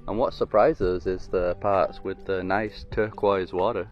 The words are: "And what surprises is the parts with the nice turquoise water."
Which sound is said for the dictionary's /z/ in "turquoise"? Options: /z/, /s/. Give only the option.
/z/